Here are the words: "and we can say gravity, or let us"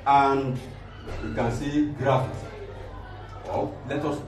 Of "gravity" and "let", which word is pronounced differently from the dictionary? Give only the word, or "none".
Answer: gravity